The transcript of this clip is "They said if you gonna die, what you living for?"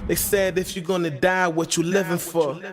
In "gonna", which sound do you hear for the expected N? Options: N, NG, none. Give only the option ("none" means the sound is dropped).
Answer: N